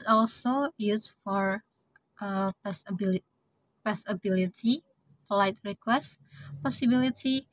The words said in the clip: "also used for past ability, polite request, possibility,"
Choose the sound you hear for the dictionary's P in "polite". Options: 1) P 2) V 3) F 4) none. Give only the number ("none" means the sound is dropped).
1